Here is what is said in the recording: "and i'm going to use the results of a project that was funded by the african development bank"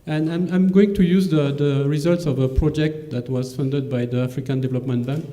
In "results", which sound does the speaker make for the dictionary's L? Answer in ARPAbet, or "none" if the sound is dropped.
L